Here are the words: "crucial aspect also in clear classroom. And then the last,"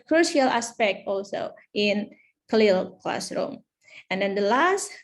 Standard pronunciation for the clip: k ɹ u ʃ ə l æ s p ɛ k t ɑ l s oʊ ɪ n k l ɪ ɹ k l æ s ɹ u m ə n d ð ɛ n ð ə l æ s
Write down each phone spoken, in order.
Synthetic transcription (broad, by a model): k ɹ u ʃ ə l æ s p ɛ k t ɑ l s oʊ ɪ n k l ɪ l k l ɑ s ɹ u m ə n d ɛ n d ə l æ s